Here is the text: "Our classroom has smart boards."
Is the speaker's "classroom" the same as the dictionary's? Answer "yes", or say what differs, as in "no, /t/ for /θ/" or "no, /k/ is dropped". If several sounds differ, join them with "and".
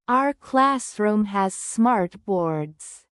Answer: yes